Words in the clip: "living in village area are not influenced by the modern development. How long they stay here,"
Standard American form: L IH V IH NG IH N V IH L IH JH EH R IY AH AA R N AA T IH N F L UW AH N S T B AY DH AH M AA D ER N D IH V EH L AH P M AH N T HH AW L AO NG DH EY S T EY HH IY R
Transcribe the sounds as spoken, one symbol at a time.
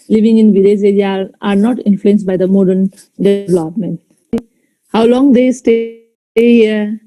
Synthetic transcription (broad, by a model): L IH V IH NG IH N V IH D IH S EH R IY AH AA R N AA T IH N F L UW AH N S T B AY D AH M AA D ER N D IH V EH L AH P M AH N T HH AW L AO NG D EY S T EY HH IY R